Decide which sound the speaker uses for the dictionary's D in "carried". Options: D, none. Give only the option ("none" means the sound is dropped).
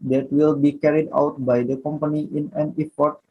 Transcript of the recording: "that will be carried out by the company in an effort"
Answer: D